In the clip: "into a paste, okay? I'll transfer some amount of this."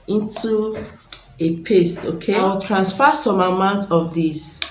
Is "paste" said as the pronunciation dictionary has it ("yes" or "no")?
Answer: yes